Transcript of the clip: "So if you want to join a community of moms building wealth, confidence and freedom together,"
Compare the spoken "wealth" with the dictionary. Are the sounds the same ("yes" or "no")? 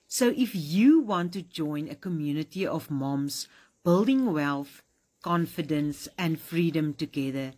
yes